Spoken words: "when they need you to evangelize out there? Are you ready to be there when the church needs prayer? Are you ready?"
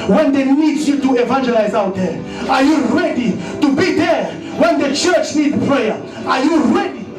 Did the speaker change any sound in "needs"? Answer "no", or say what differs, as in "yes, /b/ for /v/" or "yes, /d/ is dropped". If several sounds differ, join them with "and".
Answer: yes, /z/ is dropped